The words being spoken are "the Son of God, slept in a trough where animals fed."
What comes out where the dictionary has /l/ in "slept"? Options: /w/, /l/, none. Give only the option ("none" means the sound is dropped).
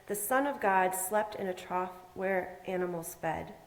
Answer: /l/